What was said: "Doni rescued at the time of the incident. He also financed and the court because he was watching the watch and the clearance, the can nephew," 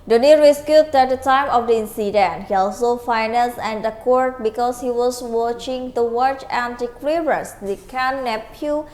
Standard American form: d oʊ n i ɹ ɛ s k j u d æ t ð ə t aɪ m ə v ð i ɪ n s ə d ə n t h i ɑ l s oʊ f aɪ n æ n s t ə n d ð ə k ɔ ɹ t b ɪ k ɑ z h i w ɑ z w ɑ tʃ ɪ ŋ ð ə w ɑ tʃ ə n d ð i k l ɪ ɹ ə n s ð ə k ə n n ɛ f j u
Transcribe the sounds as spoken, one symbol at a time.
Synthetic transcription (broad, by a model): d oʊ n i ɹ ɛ s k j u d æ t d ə t aɪ m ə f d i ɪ n s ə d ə n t h i ɑ l s oʊ f aɪ n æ n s ə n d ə k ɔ ɹ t b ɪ k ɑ s h i w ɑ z w ɑ tʃ ɪ ŋ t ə w ɑ tʃ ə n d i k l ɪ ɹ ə s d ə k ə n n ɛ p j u